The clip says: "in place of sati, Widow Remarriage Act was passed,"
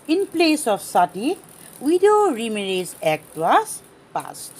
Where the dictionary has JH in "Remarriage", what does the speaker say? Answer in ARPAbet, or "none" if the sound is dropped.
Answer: Z